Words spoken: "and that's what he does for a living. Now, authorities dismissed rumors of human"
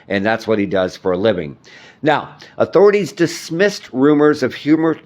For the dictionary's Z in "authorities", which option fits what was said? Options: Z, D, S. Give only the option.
Z